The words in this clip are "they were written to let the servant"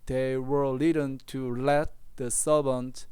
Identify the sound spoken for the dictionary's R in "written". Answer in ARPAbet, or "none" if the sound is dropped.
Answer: L